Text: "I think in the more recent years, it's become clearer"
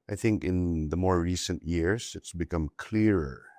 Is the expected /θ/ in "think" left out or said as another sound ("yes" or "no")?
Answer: no